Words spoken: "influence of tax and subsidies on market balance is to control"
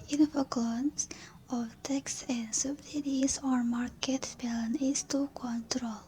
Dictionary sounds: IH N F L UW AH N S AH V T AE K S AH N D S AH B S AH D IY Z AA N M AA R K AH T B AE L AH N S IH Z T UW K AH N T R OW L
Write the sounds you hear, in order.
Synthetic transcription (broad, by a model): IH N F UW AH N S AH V T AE K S AH N D S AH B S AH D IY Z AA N M AA R K AH T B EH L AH N IH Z T UW K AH N T R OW L